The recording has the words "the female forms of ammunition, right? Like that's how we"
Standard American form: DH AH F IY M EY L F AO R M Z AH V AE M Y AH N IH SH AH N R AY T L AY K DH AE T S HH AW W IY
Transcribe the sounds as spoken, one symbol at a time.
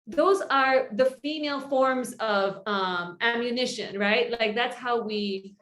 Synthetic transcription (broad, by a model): DH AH F IY M EY L F AO R M Z AH V AE M Y AH N IH SH AH N R AY T L AY K DH AE T S HH AW W IY